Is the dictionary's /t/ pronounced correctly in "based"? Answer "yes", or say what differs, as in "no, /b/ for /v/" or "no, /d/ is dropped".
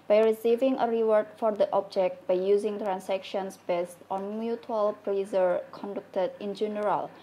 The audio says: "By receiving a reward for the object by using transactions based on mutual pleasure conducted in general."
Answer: yes